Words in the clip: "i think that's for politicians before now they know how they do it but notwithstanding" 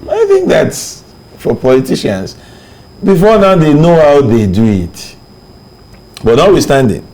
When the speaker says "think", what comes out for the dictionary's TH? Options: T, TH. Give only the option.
TH